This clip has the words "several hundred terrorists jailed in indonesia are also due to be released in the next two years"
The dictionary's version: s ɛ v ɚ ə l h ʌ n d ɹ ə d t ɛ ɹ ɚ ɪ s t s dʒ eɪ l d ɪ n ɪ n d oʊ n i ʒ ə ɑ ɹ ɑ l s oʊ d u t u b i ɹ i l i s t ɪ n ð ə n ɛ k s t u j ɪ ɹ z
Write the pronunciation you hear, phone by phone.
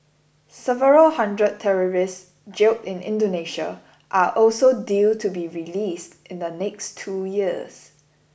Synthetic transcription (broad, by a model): s ɛ v ɚ ə l h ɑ n d ɹ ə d t ɛ ɹ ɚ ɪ s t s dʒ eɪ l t ɪ n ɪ n d oʊ n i ʃ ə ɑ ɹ ɑ l s oʊ d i t u b i ɹ i l i s t ɪ n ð ə n ɛ k s t u j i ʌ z